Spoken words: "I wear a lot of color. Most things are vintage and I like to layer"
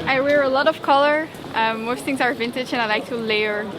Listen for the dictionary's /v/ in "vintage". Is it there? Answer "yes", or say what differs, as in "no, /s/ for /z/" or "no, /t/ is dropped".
yes